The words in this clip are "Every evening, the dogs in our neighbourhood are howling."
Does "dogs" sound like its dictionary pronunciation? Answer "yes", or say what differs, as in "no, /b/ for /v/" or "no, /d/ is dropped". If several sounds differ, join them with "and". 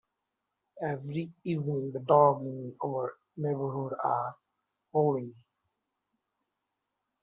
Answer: no, /z/ is dropped